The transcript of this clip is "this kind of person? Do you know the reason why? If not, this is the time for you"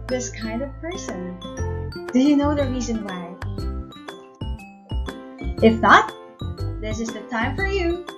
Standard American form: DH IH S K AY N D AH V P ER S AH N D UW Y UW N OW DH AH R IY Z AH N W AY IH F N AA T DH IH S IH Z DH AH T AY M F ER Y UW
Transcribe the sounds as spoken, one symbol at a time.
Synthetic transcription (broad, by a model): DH IH S K AY N D AH V P ER S AH N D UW Y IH N OW DH AH R IY Z AH N W AY IH F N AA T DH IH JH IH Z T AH T AY M F ER Y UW